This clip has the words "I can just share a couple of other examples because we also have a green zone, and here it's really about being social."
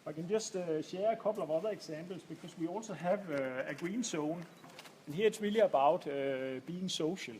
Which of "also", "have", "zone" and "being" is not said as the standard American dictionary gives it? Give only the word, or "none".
zone